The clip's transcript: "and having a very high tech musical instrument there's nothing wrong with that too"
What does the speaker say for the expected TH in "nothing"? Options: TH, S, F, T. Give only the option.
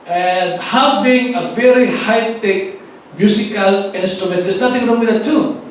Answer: T